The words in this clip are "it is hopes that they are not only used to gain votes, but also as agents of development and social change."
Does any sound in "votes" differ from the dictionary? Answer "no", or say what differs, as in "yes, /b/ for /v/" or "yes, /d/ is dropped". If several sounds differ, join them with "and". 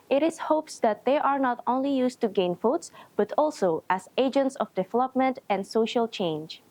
yes, /f/ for /v/